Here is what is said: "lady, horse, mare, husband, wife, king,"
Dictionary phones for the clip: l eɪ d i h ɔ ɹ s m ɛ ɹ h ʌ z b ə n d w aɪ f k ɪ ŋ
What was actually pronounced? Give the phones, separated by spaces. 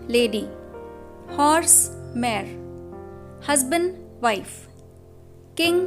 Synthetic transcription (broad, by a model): l eɪ d i h ɔ ɹ s m ɛ ɹ h ʌ z b ə n d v aɪ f k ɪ ŋ